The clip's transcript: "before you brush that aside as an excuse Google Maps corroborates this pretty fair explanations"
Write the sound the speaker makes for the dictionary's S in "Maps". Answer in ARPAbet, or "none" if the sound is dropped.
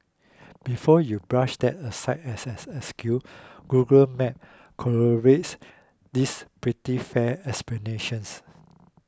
none